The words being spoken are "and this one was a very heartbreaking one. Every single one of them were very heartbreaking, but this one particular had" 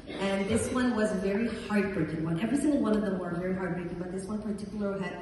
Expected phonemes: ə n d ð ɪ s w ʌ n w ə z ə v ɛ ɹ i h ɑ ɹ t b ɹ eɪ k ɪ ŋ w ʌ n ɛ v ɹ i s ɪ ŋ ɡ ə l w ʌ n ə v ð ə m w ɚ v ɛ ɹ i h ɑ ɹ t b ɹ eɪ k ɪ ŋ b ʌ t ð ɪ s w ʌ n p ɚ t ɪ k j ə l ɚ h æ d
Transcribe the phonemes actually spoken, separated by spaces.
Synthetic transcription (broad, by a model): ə n ð ɪ s w ʌ n w ə z v ɛ ɹ i h ɑ ɹ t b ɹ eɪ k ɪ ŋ w ʌ n ɛ v ɹ i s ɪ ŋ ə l w ʌ n ə v ð ə m w ɚ v ɛ ɹ i h ɑ ɹ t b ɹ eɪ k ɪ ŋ b ʌ t ð ɪ s w ʌ n p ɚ t ɪ k j l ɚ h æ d